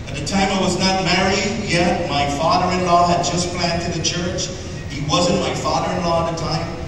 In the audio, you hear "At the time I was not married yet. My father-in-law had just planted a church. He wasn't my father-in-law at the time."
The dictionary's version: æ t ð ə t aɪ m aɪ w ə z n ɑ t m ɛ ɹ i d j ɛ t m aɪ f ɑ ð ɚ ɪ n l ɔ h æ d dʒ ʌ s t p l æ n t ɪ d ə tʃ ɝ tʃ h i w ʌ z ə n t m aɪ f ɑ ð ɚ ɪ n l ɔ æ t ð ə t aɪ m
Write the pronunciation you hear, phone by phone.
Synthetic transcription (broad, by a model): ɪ t ð ə t aɪ m aɪ w ə z n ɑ t m ɛ ɹ i d j ɛ t m aɪ f ɑ ð ɚ ɪ n l ɔ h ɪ d dʒ ʌ s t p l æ n t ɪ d ə tʃ ɝ tʃ h i w ʌ z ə n m aɪ f ɑ ð ɚ ɪ n l ɔ ð ə t aɪ m